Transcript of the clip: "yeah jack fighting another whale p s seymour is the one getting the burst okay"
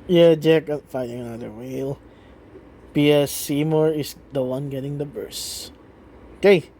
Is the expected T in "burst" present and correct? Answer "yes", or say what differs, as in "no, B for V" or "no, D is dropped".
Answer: no, T is dropped